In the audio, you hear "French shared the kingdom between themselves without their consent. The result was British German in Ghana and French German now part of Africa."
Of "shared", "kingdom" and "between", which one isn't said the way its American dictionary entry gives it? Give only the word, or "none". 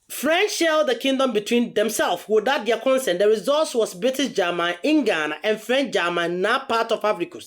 shared